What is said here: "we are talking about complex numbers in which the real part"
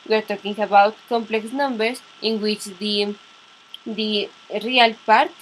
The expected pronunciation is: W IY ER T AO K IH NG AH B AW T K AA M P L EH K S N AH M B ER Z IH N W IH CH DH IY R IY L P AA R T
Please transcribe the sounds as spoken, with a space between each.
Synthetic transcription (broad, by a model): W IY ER T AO K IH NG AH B AW T K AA M P L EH K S N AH M B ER S IH N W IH CH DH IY R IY L P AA R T